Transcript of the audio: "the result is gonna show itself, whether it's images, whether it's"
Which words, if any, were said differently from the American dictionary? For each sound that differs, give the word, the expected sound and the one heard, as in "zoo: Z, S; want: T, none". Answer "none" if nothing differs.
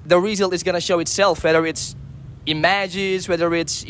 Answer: result: T, none